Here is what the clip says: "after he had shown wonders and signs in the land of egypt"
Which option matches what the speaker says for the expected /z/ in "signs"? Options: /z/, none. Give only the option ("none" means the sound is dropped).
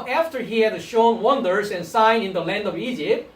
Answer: none